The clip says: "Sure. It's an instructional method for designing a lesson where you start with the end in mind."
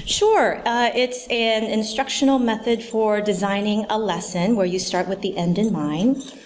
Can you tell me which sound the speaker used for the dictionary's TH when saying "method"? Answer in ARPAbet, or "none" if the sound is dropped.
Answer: TH